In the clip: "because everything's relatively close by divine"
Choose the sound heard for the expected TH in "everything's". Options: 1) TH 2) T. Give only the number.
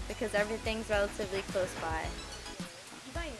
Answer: 1